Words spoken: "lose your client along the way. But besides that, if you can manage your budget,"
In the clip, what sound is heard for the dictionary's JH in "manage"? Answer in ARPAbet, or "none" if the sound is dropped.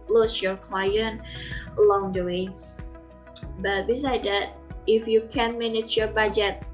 CH